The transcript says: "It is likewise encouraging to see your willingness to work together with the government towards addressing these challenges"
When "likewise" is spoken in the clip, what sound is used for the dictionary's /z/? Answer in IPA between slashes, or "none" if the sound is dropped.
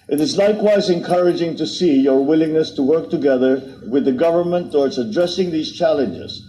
/z/